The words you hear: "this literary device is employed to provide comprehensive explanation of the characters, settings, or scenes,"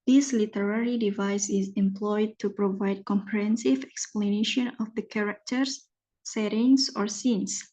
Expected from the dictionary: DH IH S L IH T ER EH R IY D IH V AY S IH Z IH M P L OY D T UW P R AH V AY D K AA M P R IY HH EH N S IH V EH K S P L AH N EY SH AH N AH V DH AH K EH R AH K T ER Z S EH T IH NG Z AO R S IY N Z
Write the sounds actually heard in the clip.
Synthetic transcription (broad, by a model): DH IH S L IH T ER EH R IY D IH V AY S IH Z IH M P L OY D T UW P R AH V AY D K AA M P R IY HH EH N S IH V EH K S P L AH N EY SH AH N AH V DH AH K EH R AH K T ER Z S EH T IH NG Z AO R S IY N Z